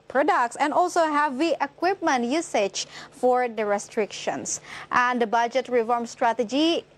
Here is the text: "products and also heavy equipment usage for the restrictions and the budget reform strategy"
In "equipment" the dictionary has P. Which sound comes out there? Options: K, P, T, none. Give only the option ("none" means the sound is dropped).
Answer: P